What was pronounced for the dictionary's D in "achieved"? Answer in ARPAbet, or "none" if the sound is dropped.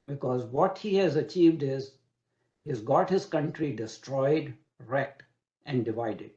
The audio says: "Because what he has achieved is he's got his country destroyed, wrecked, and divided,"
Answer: D